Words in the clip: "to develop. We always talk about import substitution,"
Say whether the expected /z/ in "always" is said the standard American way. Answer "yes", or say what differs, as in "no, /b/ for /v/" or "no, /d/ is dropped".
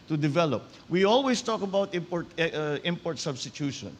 no, /s/ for /z/